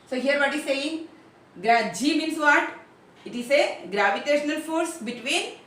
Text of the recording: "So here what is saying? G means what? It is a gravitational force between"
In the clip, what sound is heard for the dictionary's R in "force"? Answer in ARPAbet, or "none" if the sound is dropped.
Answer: R